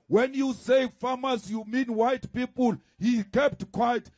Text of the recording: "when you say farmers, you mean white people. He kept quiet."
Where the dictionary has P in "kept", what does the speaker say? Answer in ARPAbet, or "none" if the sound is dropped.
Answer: P